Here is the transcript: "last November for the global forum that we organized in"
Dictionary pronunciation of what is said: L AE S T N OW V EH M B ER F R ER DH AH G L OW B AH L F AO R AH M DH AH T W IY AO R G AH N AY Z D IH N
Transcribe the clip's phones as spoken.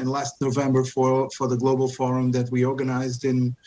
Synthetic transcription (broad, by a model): L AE S T N OW V EH M B ER F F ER DH AH G L OW B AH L F AO R AH M DH AH T W IY AO R G AH N AY Z D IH N